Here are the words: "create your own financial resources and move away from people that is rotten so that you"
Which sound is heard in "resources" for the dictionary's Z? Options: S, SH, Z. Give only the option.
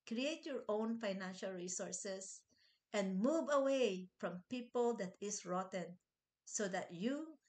S